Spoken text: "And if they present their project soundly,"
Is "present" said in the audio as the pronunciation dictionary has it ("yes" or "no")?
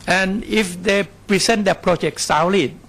no